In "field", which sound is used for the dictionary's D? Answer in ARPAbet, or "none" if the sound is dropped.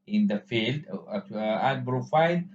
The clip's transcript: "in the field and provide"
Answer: D